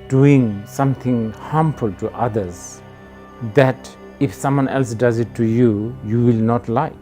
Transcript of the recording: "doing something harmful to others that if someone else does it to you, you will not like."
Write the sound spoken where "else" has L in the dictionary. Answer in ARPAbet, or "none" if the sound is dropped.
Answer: L